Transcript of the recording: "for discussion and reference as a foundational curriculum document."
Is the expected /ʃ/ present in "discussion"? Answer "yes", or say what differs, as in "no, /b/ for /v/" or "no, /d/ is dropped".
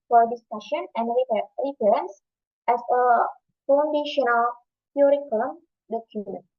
yes